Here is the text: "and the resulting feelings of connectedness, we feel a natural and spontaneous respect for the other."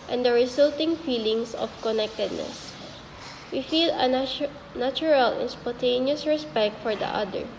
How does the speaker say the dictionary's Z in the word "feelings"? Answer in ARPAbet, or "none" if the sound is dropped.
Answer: S